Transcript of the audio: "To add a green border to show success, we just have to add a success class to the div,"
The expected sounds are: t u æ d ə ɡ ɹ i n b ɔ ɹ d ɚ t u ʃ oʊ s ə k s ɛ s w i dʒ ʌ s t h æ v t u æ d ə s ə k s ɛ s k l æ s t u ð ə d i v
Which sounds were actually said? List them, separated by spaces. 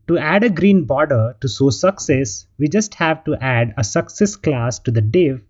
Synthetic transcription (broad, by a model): t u æ d ə ɡ ɹ i n b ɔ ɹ d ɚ t u s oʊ s ə k s ɛ s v i dʒ ʌ s t h æ v t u æ d ə s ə k s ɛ s k l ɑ s t u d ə d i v